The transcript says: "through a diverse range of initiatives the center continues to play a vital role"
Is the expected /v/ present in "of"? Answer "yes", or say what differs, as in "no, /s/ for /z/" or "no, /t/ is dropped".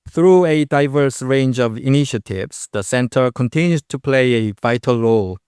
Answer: yes